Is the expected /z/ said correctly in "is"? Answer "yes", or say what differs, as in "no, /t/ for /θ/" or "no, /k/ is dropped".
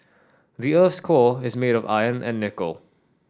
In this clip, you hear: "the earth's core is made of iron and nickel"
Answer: yes